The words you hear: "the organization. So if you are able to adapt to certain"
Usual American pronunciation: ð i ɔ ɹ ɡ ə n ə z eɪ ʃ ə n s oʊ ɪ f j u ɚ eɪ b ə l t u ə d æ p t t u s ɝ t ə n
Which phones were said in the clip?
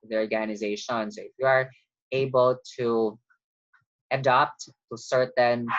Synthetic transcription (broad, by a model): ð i ɔ ɹ ɡ ə n ə z eɪ ʃ ə n s oʊ ɪ f j u ɚ eɪ b ə l t u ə d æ p t t u s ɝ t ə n